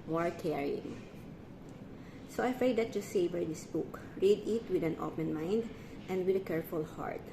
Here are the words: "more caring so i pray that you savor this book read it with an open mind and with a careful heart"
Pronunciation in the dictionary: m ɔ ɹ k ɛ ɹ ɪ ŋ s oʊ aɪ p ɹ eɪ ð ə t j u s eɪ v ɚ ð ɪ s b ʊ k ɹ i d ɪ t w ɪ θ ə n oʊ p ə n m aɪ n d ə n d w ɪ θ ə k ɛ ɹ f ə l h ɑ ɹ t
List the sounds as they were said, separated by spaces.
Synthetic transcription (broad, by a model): m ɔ ɹ k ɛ ɹ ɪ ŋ s oʊ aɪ f ɹ eɪ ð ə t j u s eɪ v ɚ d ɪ s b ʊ k ɹ i d ɪ t w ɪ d ə n oʊ p ə n m aɪ n d ə n d w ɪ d ə k ɛ ɹ f ə l h ɑ ɹ t